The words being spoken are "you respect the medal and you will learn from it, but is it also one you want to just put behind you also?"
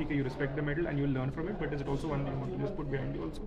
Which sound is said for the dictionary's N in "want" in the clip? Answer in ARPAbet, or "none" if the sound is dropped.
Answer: none